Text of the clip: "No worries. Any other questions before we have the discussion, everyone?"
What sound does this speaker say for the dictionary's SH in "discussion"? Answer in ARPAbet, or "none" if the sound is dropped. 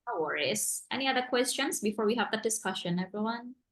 SH